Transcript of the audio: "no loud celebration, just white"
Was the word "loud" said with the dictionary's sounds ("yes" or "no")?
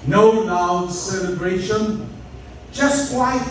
no